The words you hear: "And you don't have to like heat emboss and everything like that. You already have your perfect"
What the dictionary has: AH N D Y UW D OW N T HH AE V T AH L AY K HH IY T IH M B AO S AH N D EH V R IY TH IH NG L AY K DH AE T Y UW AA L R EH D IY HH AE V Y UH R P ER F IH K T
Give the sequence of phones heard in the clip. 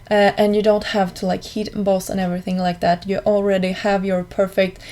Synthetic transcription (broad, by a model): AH N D Y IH D OW N T HH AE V T AH L AY K HH IY T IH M B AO S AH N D EH V R IY TH IH NG L AY K DH AE T Y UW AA L R EH D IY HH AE V Y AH R P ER F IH K T